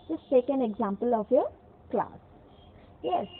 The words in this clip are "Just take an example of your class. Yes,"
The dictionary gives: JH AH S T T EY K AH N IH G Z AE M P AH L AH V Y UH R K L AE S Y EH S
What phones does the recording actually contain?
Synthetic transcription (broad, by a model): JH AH S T S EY K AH N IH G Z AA M P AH L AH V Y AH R K L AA S Y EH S